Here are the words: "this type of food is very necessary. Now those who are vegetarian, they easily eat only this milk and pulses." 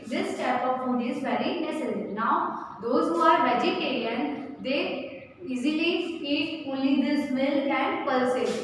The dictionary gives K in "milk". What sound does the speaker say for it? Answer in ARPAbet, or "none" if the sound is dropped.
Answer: none